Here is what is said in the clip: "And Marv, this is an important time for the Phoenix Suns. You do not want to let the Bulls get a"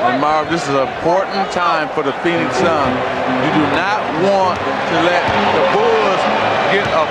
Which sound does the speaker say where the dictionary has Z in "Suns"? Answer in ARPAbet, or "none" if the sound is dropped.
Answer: none